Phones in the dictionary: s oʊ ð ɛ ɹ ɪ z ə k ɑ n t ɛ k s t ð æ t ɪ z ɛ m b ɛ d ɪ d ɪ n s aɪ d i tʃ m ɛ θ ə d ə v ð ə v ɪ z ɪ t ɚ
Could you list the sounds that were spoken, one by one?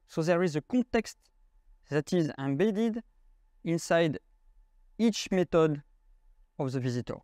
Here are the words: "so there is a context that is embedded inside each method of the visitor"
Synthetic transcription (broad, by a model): s oʊ ð ɛ ɹ ɪ z ə k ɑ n t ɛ k s t ð æ t ɪ z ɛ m b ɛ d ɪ d ɪ n s aɪ d i tʃ m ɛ t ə d ə v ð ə v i z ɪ t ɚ